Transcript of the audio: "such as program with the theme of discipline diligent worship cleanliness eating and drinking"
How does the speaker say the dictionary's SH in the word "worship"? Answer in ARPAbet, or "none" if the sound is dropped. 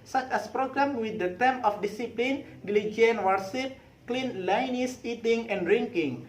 S